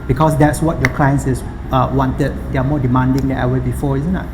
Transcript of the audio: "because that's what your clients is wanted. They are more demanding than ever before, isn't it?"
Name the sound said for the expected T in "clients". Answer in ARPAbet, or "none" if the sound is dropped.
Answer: S